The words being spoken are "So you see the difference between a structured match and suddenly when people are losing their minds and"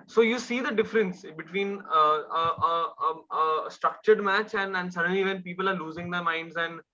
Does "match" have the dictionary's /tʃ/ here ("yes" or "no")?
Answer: yes